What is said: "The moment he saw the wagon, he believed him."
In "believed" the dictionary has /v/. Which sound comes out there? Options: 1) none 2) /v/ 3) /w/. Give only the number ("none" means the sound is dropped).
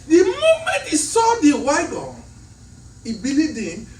1